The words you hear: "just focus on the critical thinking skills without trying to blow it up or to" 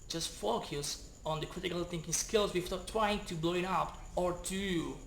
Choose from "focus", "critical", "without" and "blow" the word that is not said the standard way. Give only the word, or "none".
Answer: without